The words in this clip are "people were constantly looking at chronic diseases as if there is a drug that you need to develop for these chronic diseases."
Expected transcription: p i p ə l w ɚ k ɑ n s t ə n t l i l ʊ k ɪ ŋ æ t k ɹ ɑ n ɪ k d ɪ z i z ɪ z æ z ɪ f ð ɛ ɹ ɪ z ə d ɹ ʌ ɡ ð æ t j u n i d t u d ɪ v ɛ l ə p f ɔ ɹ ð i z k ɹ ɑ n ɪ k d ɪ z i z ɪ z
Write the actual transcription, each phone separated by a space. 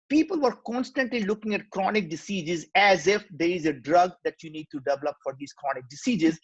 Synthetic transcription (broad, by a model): p i p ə l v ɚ k ɑ n s t ə n t l i l ʊ k ɪ ŋ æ t k ɹ ɑ n ɪ k d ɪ s i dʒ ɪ z æ z ɪ f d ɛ ɹ ɪ z ə d ɹ ʌ ɡ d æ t j u n i d t u d ɪ v ɛ l ə p f ɔ ɹ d i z k ɹ ɑ n ɪ k d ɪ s i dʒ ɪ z